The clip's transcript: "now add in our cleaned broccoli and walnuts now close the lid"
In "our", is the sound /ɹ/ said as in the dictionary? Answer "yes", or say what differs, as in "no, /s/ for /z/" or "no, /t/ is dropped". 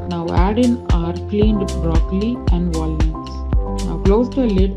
yes